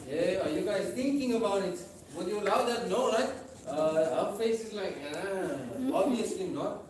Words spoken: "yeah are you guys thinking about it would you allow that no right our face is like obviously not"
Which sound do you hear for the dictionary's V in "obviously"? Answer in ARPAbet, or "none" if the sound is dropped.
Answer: none